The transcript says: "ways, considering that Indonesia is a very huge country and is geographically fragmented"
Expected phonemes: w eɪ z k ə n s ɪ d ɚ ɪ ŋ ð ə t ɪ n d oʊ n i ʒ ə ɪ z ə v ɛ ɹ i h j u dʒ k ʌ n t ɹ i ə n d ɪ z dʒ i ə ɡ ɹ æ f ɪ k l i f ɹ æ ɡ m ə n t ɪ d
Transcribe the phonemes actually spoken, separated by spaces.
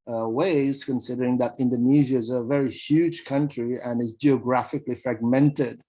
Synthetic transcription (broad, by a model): w eɪ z k ə n s ɪ d ɚ ɪ ŋ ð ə t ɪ n d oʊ n i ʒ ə ɪ z ə v ɛ ɹ i h j u dʒ k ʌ n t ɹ i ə n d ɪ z dʒ i ə ɡ ɹ æ f ɪ k l i f ɹ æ ɡ m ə n t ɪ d